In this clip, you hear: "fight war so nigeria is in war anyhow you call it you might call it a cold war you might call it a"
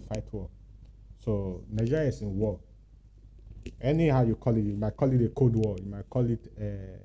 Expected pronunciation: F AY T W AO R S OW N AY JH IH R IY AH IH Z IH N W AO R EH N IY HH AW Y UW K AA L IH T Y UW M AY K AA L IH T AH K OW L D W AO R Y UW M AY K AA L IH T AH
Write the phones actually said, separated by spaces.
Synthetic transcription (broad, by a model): F AY T W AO S OW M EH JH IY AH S IH N W AO EH N IY HH AW Y UW K AA L IH T Y UW M AY K AA L IH T AH K OW D W AO Y UW M AY K AA L IH T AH